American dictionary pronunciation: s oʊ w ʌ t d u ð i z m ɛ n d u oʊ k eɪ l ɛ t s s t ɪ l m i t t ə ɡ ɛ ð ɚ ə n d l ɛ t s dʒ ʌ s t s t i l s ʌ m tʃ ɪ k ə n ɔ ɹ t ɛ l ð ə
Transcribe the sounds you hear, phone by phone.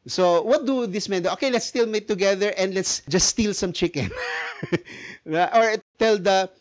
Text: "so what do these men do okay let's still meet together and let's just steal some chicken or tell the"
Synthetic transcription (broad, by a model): s oʊ w ʌ t d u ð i s m ɛ n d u oʊ k eɪ l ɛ t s s t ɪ l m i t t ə ɡ ɛ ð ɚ ə n d l ɛ t s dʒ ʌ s s t i l s ʌ m tʃ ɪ k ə n ɔ ɹ t ɛ l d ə